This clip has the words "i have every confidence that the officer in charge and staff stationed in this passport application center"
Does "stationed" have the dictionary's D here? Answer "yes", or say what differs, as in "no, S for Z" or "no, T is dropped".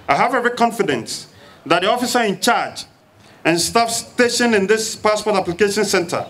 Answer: no, D is dropped